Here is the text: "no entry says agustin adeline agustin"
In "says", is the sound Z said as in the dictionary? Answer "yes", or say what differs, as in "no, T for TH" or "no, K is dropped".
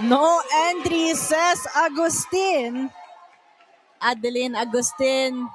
no, S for Z